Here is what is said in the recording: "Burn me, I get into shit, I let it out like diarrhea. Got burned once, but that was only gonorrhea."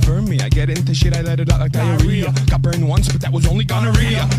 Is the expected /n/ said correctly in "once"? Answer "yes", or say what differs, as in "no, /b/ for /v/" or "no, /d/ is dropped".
yes